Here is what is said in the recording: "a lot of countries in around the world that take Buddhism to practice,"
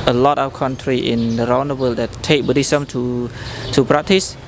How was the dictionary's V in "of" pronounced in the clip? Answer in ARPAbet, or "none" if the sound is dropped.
W